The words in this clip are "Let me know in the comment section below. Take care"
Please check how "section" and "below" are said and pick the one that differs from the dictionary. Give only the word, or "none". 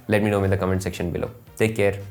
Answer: none